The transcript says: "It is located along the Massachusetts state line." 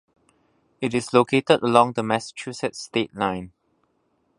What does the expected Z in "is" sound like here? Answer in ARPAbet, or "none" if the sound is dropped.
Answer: S